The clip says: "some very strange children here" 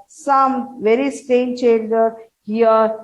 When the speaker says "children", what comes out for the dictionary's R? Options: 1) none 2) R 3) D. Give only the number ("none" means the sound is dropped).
1